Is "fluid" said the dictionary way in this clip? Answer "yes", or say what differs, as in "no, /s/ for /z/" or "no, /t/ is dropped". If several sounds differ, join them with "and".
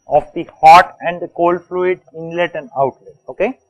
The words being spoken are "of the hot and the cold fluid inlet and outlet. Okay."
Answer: yes